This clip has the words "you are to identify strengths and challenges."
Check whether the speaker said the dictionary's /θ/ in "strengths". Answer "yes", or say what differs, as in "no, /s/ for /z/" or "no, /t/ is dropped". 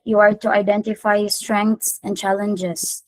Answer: no, /t/ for /θ/